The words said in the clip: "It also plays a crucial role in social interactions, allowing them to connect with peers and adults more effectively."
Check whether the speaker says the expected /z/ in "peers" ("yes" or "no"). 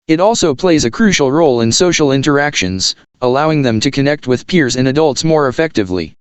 yes